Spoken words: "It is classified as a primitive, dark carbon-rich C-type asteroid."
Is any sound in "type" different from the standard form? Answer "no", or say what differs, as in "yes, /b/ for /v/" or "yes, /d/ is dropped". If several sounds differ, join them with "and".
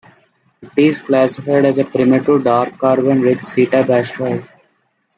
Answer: yes, /b/ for /p/